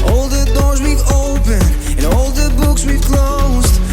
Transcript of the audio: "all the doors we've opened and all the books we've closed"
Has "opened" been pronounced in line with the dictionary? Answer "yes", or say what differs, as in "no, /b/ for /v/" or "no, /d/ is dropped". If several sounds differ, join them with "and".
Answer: no, /d/ is dropped